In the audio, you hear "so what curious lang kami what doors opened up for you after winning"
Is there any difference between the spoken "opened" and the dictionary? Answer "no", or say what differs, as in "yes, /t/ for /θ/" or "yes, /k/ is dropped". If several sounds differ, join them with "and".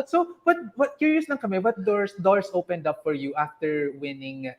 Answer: no